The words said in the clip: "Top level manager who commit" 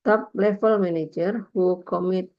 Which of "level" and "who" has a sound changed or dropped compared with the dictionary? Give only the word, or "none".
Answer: level